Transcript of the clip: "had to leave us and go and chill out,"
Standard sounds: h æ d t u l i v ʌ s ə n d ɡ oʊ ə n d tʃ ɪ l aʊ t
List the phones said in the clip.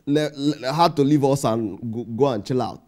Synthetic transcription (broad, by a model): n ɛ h t u l i v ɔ s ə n ɡ oʊ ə n tʃ ɪ l aʊ t